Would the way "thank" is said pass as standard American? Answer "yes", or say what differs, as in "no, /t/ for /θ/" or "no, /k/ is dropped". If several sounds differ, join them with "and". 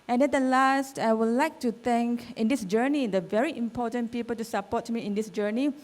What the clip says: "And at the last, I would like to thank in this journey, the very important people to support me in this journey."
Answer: no, /t/ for /θ/